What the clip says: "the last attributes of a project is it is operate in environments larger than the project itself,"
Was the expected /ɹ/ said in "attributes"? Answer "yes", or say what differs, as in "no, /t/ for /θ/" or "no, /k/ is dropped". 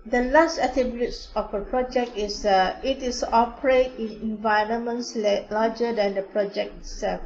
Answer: no, /ɹ/ is dropped